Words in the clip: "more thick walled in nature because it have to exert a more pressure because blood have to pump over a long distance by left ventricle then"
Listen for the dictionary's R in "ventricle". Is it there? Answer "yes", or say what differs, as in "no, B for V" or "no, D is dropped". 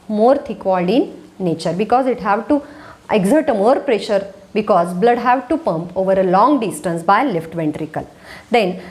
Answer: yes